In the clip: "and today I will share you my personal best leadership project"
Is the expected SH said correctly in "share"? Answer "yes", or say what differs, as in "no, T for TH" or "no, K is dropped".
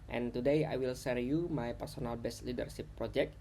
no, S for SH